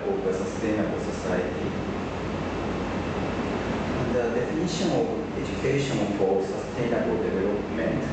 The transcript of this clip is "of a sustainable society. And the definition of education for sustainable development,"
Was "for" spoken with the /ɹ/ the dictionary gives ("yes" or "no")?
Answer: no